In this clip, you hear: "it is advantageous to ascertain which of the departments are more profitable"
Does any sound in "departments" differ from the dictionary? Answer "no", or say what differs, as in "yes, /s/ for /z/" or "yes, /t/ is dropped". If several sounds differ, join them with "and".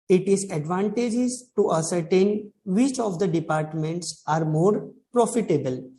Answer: no